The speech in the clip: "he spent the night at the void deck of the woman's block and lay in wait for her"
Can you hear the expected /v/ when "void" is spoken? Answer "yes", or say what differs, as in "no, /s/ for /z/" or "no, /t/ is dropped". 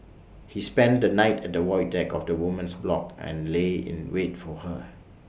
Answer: no, /w/ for /v/